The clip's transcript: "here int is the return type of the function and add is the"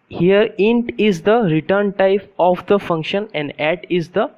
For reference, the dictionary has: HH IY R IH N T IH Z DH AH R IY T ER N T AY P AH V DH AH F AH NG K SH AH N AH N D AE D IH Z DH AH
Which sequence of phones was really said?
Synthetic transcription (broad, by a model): HH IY R IH N T IH Z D AH R IY T ER N T AY P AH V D AH F AH NG K SH AH N AH N D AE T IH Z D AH